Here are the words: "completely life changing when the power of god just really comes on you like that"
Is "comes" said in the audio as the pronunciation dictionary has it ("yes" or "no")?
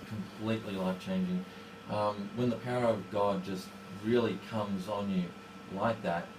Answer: yes